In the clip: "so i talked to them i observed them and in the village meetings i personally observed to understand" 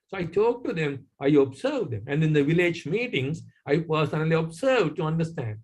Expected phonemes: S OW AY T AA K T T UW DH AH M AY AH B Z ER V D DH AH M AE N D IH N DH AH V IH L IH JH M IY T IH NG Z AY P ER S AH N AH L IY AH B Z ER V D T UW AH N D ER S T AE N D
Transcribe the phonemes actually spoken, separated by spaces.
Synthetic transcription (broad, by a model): S OW AY T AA K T T UW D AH M AY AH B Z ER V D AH M AE N D IH N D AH V IH L IH JH M IY T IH NG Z AY P ER S AH N AH L IY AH B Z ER V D T UW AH N D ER S T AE N D